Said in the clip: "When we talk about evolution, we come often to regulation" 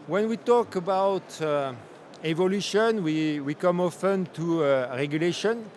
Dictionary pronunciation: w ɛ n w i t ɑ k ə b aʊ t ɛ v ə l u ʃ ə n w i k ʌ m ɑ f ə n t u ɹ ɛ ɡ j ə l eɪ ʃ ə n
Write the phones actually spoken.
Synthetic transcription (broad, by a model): w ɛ n w i t ɑ k ə b aʊ t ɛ v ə l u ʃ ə n w i k ʌ m ɑ f ə n t u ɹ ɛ ɡ j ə l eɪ ʃ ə n